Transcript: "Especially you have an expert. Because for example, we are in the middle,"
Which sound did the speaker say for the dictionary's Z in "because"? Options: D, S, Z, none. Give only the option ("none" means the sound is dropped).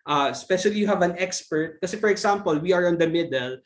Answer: none